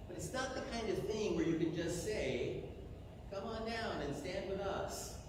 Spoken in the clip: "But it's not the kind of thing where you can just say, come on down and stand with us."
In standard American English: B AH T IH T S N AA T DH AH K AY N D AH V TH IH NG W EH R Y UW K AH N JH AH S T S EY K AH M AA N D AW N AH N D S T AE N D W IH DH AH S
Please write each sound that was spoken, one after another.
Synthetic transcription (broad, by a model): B AH T IH T S N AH T DH AH K AY N D AH V TH IH NG W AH R Y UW K AH N JH AH S T S EY K AH M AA N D AW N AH N S T AE N D W IH DH AH S